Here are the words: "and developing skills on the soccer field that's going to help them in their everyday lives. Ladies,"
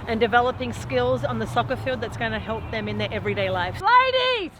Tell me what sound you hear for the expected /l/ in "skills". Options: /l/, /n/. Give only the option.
/l/